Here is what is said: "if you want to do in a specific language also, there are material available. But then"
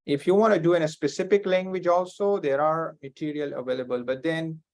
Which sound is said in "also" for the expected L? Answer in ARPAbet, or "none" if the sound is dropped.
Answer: L